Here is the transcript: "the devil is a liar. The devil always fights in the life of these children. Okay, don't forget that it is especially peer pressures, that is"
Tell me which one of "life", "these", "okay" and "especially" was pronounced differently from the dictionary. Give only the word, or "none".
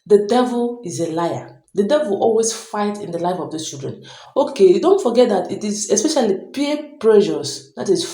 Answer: these